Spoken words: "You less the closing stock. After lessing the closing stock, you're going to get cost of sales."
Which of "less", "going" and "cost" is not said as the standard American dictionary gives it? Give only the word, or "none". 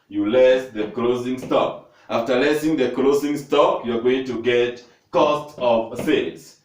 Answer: none